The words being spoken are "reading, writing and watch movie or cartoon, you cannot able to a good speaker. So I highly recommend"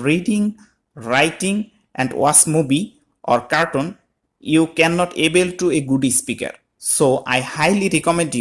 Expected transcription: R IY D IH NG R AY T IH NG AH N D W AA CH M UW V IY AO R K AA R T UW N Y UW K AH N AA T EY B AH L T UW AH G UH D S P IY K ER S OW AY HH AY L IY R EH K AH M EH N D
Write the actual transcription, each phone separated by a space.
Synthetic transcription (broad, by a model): R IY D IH NG R AY T IH NG AH N D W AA S M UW B IY AO R K AA R T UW N Y UW K AH N AA T EY B AH L T UW AH G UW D S P IY K ER S OW AY HH AY L IY R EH K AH M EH N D